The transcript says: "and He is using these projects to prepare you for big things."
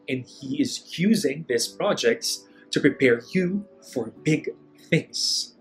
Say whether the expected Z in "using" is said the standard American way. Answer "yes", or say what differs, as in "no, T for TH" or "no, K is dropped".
yes